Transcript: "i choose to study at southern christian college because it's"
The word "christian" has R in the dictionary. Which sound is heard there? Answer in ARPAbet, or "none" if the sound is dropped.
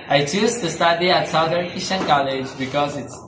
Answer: none